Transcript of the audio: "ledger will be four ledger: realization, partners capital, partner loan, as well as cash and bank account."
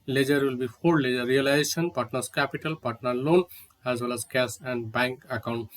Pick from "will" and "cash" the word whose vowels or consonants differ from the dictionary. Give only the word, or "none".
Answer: cash